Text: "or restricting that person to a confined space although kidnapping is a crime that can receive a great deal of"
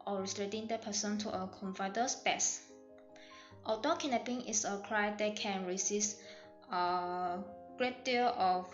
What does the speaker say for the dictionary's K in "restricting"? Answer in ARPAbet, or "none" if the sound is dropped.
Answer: none